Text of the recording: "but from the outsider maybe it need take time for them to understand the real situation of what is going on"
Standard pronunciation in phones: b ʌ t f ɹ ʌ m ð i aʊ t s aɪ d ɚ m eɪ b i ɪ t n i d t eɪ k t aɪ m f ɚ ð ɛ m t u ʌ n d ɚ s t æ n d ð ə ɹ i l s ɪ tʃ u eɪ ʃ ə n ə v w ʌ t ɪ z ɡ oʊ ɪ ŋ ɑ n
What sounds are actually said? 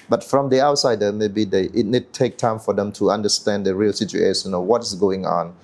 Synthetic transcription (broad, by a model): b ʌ t f ɹ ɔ m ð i aʊ t s aɪ d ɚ m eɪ b i ɪ t n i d t eɪ k t aɪ m f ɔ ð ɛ m t u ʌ n d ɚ s t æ n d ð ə ɹ i l s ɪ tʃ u eɪ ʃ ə n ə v w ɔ t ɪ s ɡ oʊ ɪ ŋ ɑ n